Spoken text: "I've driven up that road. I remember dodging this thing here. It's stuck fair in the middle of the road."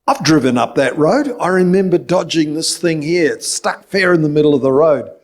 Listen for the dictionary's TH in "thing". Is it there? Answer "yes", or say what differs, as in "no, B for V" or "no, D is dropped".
yes